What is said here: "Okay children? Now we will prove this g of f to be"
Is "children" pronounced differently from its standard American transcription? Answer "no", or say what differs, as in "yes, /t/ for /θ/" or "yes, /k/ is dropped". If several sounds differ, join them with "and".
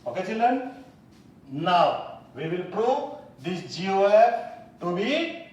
yes, /ɹ/ is dropped